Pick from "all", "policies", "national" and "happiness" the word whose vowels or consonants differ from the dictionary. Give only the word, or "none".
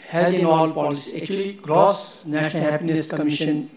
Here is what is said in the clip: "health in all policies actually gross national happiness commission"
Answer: policies